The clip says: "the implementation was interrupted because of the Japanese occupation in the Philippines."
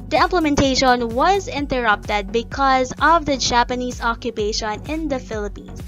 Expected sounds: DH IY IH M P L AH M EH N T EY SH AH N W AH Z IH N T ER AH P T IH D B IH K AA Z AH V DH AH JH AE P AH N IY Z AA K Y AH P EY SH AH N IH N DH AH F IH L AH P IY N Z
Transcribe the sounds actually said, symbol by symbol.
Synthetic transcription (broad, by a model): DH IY IH M P L AH M EH N T EY SH AH N W AH Z IH N T ER AH P T IH D B IH K AA Z AH V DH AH JH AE P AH N IY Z AA K Y AH P EY SH AH N IH N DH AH F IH L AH P IY N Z